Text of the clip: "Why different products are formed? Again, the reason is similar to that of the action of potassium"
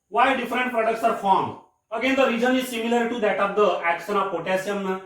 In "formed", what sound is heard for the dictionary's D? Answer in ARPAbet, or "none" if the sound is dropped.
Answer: none